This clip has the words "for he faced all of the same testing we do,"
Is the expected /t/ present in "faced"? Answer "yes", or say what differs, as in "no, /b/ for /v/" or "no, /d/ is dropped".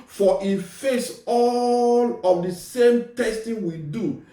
no, /t/ is dropped